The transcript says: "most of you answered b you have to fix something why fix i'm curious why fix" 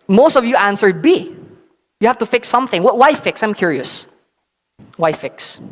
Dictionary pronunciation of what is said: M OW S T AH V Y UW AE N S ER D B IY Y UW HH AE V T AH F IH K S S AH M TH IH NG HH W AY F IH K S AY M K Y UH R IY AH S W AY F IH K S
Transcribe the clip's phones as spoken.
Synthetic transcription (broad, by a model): M OW S T AH V Y UW AE N S ER D B IY Y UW HH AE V T AH F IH K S S AH M TH IH NG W W AY F IH K S AY M K Y UH R IY AH S W AY F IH K S